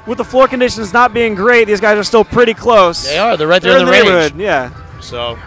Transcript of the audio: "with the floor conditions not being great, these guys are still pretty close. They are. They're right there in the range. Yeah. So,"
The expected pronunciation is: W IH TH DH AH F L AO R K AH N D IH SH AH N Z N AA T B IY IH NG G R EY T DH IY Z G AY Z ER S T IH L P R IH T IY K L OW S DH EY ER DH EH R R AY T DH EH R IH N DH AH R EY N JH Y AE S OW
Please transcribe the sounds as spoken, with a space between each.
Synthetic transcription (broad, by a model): W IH DH AH F L AO R K AH N D IH SH AH N Z N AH T B IY IH NG G R EY T DH IY Z G AY Z ER S T IH L P R IH T IY K L OW S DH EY ER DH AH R R AY T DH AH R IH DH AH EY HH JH Y AE S OW